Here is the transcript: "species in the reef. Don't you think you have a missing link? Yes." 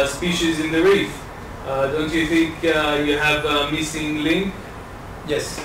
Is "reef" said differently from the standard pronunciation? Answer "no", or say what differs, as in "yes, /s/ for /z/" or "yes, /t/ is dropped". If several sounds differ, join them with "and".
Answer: no